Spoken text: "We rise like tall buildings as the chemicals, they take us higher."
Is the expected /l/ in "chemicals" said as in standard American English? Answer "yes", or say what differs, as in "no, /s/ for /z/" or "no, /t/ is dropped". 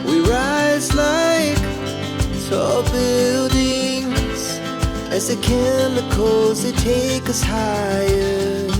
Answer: no, /l/ is dropped